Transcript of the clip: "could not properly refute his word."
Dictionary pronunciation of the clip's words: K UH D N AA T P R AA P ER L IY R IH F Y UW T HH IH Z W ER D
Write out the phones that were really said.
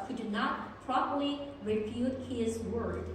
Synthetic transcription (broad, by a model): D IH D N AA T P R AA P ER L IY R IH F Y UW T HH IH Z W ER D